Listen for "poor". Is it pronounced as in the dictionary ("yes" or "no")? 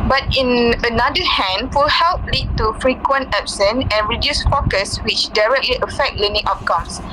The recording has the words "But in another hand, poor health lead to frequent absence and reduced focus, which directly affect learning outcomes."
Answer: no